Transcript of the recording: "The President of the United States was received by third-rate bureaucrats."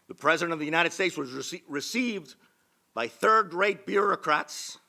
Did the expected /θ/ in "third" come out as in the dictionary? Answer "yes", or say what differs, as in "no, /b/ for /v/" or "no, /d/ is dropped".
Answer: yes